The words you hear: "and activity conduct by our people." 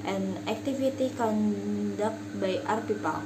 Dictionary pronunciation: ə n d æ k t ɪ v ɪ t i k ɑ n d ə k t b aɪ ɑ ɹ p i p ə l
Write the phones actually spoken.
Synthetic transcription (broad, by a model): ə n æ k t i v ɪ t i k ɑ n d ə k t b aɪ ɑ ɹ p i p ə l